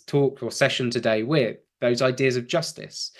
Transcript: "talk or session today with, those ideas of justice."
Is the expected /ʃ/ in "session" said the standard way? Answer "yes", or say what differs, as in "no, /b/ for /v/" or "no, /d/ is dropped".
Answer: yes